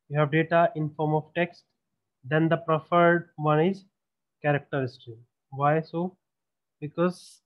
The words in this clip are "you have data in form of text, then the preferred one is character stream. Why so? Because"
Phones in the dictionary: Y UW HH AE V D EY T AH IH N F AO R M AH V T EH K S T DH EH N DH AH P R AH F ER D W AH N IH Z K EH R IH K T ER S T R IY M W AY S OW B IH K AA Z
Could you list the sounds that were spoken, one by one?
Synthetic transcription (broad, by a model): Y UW HH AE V D EY T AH IH N F AO R M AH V T EH K S T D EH N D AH P R AH F ER D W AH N IH Z K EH R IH K T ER S T IY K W AY S OW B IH K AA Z